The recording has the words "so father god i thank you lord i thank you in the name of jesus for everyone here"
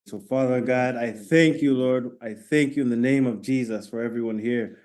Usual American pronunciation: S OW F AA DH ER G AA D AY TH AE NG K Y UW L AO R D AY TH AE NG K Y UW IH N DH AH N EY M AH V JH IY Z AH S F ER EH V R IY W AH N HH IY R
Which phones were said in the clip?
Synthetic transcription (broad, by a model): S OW F AA DH ER G AA D AY TH AE NG K Y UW L AO R D AY TH AE NG K Y UW IH N DH AH N EY M AH V JH IY Z AH S F ER EH V R IY W AH N HH IY R